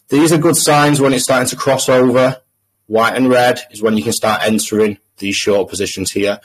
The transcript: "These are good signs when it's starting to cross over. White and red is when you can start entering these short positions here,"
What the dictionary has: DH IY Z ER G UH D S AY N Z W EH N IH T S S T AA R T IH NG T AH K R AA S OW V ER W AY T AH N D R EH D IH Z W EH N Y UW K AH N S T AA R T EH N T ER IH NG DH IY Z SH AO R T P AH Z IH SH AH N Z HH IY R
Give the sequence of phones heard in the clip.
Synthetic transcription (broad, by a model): DH IY Z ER G UH D S AY N Z W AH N IH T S S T AA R T IH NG T AH K R AA S OW V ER W AY T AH N R EH D IH Z W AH N Y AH K AH N S T AA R T EH N T ER IH NG DH IY Z SH AO T P AH Z IH SH AH N Z HH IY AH